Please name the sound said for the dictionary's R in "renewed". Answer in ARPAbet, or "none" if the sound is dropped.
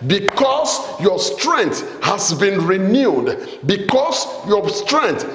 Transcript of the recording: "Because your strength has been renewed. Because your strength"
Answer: R